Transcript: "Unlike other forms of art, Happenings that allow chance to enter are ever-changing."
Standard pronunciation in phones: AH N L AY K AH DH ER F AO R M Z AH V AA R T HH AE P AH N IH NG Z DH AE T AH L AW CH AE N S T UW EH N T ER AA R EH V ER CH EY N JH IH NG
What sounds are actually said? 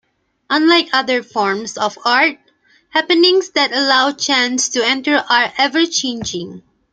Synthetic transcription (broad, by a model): AH N L AY K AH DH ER F AO R M S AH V AA R T HH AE P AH N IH NG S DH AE T AH L AW CH AE N S T UW EH N T ER AA R EH V ER CH EY N JH IH NG